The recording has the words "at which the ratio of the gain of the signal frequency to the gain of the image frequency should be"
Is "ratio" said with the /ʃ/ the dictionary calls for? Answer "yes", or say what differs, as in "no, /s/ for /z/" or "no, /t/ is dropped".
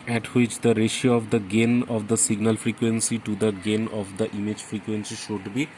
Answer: yes